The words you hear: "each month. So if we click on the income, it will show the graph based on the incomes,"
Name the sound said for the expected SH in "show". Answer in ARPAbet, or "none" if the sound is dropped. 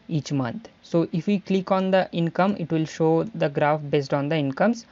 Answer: SH